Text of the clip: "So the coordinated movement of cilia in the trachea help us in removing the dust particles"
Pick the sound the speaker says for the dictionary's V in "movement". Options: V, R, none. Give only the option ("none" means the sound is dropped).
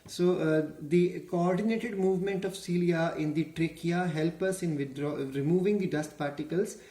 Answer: V